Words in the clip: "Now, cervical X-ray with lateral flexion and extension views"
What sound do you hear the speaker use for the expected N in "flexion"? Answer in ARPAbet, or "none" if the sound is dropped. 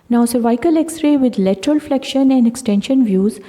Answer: N